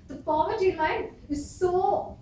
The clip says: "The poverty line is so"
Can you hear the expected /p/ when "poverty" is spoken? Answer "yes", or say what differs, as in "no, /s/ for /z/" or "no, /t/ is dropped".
no, /f/ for /p/